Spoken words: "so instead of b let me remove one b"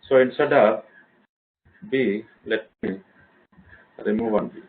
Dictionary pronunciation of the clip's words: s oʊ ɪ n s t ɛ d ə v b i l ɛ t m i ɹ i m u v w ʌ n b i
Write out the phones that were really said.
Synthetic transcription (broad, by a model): s oʊ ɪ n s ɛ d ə p b i l ɛ t m i ɹ i m u v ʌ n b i